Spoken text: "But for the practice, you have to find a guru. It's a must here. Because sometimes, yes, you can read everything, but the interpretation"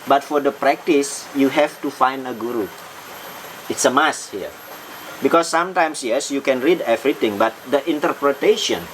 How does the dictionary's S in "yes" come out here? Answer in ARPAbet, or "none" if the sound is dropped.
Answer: S